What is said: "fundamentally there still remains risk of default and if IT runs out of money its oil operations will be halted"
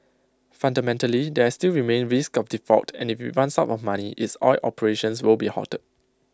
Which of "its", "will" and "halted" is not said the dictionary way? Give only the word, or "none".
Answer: halted